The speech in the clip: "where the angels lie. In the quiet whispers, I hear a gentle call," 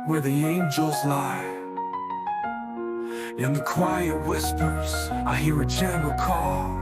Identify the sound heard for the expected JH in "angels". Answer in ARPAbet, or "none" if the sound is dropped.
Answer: JH